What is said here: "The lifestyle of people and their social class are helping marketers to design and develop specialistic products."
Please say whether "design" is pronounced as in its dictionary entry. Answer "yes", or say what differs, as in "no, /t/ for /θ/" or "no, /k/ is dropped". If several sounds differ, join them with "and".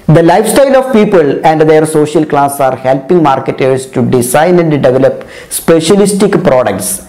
no, /s/ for /z/